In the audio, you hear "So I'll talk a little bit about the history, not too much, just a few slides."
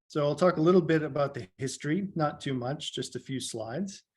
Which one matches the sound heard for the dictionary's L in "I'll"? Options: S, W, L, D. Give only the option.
L